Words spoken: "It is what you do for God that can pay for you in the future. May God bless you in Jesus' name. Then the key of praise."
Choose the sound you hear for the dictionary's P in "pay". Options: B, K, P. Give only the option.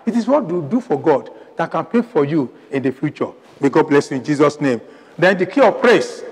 P